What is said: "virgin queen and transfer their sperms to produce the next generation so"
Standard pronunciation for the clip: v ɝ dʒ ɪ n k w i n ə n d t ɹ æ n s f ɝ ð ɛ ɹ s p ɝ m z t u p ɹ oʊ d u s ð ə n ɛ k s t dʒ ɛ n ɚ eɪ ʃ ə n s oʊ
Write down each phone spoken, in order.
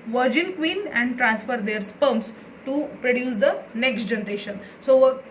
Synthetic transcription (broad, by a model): v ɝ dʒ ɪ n k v i n ə n d t ɹ æ n s f ɝ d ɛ ɹ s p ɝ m s t u p ɹ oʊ d u s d ə n ɛ k s t dʒ ɛ n ɚ eɪ ʃ ə n s oʊ